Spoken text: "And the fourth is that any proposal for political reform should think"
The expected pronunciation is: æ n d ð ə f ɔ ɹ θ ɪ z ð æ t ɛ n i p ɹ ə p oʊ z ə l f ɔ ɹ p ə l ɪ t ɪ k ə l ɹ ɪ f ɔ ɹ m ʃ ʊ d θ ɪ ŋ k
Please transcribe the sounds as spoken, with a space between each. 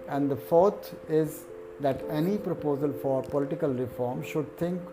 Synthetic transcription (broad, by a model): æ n d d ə f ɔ ɹ t ɪ z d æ t ɛ n i p ɹ ə p oʊ z ə l f ɔ ɹ p ə l ɪ t ɪ k ə l ɹ ɪ f ɔ ɹ m ʃ ʊ d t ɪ ŋ k